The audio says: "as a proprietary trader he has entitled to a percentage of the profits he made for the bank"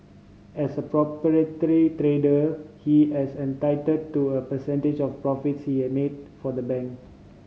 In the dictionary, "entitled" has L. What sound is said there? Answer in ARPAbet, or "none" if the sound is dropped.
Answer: none